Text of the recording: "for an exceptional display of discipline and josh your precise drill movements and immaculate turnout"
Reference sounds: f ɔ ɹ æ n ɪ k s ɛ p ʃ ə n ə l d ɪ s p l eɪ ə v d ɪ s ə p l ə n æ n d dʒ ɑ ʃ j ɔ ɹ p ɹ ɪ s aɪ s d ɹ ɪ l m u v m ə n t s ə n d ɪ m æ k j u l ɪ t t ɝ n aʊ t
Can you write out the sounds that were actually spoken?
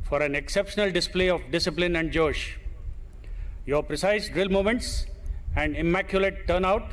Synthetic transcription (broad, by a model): f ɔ ɹ æ n ɪ k s ɛ p ʃ ə n ə l d ɪ s p l eɪ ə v d ɪ s ə p l ə n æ n d dʒ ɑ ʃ j ɔ ɹ p ɹ ɪ s aɪ s d ɹ ɪ l m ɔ m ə n t s ə n d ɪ m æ k j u l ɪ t t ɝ n aʊ t